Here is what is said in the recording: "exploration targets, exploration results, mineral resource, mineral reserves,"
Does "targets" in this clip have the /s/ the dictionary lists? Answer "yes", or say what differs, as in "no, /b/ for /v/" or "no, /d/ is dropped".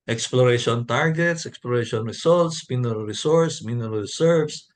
yes